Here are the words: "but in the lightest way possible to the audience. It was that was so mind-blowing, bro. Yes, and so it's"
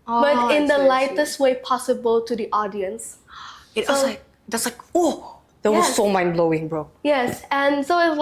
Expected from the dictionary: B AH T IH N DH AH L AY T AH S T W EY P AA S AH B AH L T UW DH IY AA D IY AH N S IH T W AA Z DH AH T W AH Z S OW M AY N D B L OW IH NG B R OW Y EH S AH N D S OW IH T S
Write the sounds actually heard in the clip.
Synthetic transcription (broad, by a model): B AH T IH N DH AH L AY T AH S T W EY P AA S AH B AH L T UW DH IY AA D IY AH N S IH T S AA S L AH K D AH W S OW M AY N B L OW IH NG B R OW Y EH S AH N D S OW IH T